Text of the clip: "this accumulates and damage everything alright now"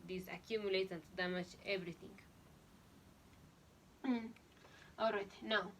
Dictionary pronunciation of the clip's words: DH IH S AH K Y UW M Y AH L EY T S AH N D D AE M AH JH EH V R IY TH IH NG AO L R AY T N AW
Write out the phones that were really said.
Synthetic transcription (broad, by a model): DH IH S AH K Y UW M Y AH L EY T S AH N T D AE M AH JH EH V R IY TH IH NG AO L R AY T N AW